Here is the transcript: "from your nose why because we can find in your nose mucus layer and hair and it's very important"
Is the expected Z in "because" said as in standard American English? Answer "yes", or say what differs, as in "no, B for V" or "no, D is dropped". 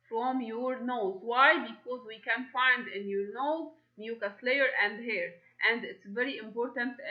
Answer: yes